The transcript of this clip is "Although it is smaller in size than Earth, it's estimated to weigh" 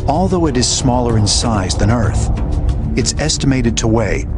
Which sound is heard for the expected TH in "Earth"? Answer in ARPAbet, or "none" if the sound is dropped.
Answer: TH